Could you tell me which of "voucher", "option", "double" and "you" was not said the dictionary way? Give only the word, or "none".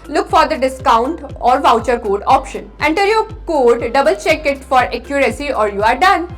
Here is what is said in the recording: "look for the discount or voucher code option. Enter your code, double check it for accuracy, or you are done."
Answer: none